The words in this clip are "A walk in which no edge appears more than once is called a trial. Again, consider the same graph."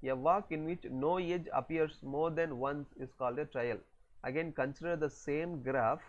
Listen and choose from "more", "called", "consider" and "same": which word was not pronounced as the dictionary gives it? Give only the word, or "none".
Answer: none